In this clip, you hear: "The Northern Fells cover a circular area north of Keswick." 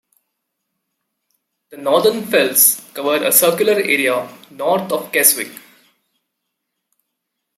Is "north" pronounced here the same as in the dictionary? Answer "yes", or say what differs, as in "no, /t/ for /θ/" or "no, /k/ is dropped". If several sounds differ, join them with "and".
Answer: no, /t/ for /θ/